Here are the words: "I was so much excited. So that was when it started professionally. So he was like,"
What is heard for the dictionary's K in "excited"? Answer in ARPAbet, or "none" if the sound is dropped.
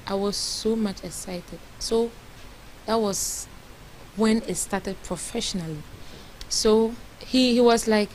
K